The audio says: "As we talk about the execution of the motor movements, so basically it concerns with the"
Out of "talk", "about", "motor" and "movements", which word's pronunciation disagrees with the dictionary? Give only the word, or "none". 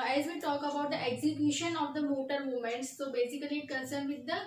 movements